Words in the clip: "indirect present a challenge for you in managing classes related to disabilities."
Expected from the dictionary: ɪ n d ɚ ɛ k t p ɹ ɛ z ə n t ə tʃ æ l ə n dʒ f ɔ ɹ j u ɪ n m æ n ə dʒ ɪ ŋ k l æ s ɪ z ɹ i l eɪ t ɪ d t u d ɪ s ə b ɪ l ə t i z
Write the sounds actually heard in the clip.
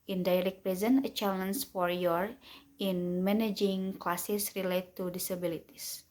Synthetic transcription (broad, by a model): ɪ n d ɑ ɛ k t p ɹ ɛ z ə n ə tʃ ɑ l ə n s f ɔ ɹ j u ɪ n m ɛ n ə dʒ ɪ ŋ k l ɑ s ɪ s ɹ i l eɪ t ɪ t u d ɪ s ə b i l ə t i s